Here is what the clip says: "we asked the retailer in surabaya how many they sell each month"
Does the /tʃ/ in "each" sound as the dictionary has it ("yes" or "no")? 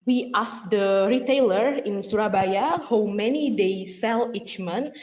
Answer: yes